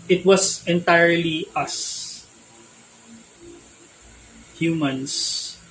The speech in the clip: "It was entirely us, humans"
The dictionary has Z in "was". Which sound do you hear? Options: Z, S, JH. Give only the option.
S